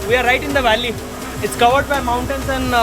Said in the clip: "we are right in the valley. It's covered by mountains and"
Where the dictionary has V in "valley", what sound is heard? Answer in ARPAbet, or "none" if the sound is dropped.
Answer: V